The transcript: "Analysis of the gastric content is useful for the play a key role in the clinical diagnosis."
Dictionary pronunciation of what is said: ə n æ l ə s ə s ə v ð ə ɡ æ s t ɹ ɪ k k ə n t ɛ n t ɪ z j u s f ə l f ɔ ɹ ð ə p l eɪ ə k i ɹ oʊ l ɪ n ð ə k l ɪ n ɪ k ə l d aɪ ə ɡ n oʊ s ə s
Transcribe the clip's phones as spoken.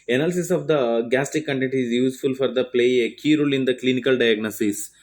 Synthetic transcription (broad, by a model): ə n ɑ l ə s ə s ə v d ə ɡ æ s t ɪ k k ə n t ɛ n t ɪ z j u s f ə l f ɔ ɹ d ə p l eɪ ə k i ɹ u l ɪ n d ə k l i n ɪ k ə l d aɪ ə ɡ n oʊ s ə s